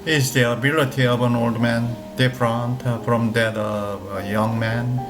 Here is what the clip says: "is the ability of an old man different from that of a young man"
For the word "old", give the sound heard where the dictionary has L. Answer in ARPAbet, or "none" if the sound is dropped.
L